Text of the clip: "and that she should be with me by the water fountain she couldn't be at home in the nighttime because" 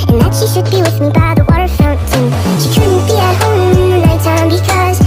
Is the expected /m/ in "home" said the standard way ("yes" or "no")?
no